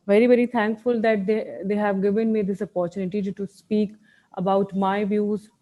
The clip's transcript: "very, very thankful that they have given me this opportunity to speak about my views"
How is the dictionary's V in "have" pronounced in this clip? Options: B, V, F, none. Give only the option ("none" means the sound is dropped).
V